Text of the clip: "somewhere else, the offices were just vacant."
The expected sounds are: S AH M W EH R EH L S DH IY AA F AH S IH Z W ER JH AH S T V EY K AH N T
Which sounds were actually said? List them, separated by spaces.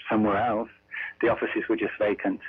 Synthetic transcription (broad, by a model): S AH M W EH R EH L S DH IY AA F AH S IH Z W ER JH AH S T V EY K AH N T